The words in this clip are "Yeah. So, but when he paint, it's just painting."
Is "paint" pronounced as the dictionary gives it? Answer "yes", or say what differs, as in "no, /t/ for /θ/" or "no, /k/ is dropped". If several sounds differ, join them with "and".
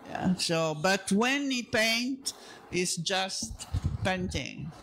yes